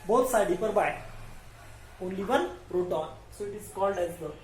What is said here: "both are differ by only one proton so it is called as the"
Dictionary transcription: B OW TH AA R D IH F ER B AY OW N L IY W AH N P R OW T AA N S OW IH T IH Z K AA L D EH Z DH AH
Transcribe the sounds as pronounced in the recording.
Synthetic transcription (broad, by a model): B OW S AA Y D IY P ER B AY OW N L IY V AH N R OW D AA N S OW IH T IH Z K AA L D EH Z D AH